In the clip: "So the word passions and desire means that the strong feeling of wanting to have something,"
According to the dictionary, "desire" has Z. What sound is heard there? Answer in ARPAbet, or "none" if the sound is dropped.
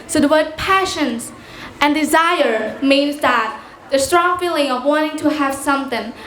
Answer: Z